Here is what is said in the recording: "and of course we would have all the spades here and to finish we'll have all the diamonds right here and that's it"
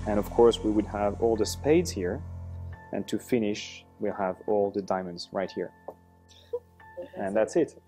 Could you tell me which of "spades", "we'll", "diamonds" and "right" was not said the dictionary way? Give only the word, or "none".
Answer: none